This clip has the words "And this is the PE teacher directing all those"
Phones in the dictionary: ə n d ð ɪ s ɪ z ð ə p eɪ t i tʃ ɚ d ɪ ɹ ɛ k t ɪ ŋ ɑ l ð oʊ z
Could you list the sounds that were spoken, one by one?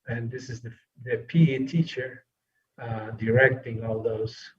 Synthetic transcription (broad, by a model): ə n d ð ɪ s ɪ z ð ə p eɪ t i tʃ ɚ d ɪ ɹ ɛ k t ɪ ŋ ɑ l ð oʊ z